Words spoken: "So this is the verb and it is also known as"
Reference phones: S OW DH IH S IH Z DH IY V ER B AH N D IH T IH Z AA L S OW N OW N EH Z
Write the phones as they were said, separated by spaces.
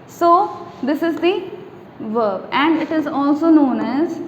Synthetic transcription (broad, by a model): S OW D IH S IH Z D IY V ER B AH N D IH T IH Z AA L S OW N OW N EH Z